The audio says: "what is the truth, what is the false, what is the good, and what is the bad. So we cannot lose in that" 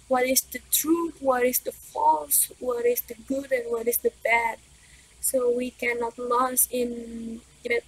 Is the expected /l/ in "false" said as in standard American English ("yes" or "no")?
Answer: yes